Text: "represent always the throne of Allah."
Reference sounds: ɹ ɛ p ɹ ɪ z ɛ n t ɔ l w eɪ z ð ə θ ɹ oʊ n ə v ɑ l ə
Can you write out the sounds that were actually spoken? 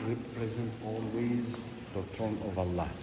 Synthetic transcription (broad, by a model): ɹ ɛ p ɹ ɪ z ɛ n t ɔ l w eɪ z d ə t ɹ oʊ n ə v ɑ l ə